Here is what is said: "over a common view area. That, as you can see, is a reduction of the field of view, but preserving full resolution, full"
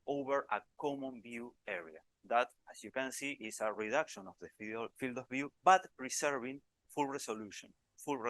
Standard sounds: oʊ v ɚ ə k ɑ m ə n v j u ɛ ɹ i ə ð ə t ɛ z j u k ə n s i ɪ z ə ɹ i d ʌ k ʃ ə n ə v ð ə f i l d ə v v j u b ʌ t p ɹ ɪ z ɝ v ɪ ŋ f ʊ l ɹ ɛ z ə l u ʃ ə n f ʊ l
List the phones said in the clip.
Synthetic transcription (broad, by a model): oʊ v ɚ ə k ɑ m ə n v j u ɛ ɹ i ə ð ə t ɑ s j u k ə n s i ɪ s ə ɹ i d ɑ k ʃ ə n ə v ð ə f i l d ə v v j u b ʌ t p ɹ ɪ s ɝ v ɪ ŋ f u l ɹ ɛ s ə l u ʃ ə n f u l